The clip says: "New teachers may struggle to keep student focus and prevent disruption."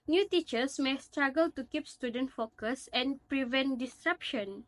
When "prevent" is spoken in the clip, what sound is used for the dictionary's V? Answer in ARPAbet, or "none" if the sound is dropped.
V